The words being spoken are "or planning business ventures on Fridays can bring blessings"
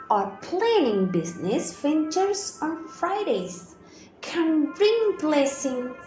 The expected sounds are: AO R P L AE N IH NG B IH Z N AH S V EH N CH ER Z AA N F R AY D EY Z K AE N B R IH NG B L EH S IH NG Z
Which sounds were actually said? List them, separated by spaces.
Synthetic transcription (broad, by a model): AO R P L AE N IH NG B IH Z N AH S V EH N CH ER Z AA N F R AY D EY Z K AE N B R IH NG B L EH S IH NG